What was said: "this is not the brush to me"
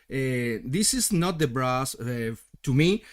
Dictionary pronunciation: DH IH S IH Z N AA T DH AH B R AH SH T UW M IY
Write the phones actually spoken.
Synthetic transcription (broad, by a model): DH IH S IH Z N AA T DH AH B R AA S T UW M IY